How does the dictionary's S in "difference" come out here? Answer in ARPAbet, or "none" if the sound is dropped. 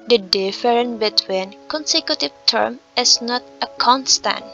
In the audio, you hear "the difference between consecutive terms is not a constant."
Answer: none